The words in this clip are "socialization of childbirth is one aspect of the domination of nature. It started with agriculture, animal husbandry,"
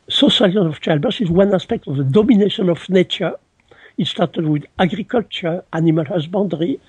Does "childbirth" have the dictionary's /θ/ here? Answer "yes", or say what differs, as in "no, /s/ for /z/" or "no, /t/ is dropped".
no, /s/ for /θ/